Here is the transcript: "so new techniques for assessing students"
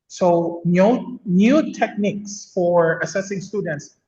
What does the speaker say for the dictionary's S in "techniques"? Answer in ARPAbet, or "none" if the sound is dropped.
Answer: S